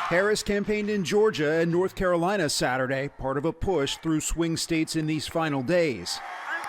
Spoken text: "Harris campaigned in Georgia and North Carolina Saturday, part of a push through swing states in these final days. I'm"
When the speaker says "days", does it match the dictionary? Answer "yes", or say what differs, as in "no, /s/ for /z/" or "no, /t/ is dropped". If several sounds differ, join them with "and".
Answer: no, /z/ is dropped